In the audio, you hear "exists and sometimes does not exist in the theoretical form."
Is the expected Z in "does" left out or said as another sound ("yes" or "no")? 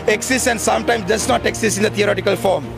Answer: yes